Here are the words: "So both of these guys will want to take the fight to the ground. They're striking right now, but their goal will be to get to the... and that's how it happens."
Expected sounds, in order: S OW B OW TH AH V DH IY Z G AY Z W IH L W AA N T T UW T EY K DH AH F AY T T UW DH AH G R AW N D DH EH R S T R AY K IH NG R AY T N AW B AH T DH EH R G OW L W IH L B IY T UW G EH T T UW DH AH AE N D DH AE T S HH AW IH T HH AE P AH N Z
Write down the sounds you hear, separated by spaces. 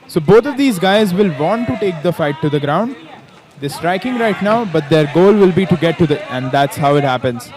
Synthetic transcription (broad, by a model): S OW B OW T AH V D IY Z G AY Z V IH L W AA N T T UW T EY K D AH F AY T T UW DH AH G R AW N D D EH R S T R AY K IH NG R AY T N AW B AH T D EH R G OW L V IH L B IY T UW G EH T T UW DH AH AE N D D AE T S HH AW IH T HH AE P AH N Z